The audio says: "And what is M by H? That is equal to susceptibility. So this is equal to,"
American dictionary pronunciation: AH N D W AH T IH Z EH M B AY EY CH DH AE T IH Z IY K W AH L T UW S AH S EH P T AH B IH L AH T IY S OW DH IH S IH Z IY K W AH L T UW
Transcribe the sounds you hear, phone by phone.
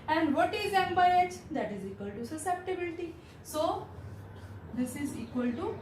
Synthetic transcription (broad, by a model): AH N D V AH T IH Z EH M B AY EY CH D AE T IH Z IY K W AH L T UW S AH S EH P T AH B IH L AH T IY S OW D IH S IH Z IY K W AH L T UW